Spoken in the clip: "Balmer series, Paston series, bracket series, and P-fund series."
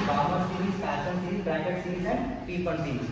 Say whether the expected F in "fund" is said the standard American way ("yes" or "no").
no